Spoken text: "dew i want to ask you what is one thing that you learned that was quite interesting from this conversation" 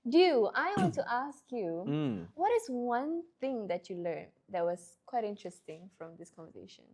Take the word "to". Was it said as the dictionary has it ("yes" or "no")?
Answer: yes